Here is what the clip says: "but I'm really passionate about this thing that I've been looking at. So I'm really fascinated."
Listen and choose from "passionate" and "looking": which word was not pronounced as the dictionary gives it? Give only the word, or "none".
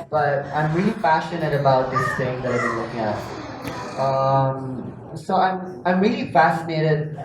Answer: passionate